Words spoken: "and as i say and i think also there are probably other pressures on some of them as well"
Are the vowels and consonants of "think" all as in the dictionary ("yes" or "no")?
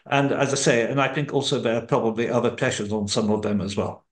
yes